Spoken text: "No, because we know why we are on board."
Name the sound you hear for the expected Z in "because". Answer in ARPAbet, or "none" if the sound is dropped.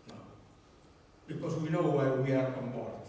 S